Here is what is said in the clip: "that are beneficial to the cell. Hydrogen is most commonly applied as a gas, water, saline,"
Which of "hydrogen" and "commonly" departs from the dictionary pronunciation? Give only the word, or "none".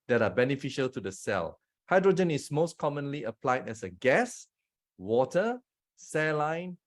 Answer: none